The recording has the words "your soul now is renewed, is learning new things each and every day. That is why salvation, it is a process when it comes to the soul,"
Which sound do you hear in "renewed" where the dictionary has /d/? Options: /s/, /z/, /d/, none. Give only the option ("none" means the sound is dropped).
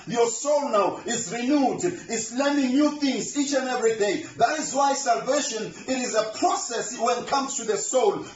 /d/